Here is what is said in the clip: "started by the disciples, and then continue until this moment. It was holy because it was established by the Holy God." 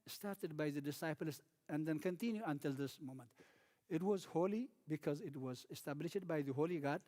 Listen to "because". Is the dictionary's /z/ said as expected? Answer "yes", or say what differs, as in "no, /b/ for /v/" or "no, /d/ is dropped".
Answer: yes